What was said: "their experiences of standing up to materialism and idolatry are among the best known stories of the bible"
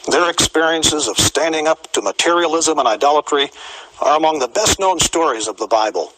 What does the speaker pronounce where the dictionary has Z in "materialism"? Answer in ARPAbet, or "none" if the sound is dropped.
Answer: Z